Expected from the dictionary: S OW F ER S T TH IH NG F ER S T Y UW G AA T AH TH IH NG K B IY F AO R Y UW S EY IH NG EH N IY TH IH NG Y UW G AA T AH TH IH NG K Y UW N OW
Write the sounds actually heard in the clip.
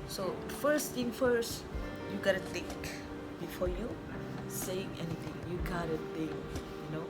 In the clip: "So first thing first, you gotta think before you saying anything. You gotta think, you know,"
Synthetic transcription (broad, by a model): S OW F ER S T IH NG F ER S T Y UW G AA T AH T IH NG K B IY F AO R Y UW S EY IH NG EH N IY T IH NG Y UW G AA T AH T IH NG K Y UW N OW